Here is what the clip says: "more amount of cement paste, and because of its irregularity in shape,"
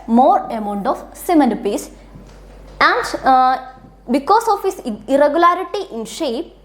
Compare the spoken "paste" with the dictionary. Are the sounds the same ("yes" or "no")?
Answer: no